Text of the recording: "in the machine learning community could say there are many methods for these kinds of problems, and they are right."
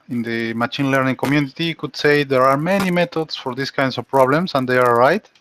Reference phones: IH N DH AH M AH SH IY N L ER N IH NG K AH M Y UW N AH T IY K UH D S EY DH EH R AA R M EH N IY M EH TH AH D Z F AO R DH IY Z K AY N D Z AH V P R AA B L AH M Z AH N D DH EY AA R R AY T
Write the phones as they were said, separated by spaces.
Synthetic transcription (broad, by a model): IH N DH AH M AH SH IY N L ER N IH NG K AH M Y UW N AH T IY K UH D S EY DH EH R AA R M EH N IY M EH T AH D S F AO R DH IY S K AY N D S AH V P R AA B L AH M S AH N D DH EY AA R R AY T